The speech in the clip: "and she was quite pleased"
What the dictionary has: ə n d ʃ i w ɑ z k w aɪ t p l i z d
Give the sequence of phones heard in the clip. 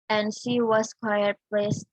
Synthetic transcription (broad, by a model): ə n d ʃ i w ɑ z k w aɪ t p l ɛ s